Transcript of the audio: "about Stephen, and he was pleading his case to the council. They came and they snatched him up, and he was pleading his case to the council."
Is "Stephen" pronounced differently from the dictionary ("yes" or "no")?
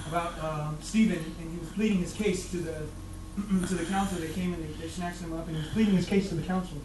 no